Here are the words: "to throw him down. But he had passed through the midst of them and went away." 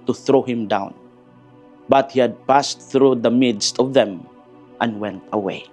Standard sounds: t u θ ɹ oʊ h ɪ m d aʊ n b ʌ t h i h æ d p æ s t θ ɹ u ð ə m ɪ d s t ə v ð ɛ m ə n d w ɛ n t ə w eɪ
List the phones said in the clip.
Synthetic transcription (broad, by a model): t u θ ɹ oʊ h ɪ m d aʊ n b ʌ t h i h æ d p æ s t θ ɹ u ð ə m ɪ d s t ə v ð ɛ m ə n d w ɛ n t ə w eɪ